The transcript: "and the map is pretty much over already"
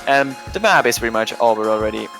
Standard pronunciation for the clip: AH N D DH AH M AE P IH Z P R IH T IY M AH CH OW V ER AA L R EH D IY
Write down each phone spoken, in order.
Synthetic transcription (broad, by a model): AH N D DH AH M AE B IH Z P R IH T IY M AH CH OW B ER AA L R EH D IY